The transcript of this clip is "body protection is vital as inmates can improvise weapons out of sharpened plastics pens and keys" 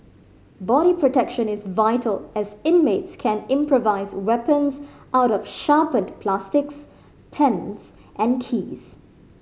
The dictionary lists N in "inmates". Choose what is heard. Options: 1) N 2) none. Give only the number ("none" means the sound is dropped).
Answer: 1